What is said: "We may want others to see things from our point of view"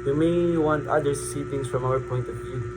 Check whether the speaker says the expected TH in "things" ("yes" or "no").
no